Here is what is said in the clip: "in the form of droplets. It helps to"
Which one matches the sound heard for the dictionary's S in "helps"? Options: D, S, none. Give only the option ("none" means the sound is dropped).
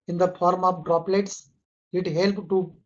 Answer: none